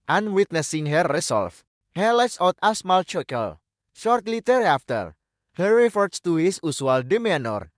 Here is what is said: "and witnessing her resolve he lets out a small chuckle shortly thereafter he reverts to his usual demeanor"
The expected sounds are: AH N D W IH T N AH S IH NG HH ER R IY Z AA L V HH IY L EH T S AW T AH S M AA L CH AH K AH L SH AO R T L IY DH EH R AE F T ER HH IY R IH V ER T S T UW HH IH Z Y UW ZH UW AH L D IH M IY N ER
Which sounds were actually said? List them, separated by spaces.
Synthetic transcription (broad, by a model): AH N W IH T N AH S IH NG HH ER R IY S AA L F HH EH L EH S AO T AH S M AA L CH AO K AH L SH AO R T L IY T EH R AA F T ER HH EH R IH F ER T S T UW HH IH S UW S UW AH L D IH M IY N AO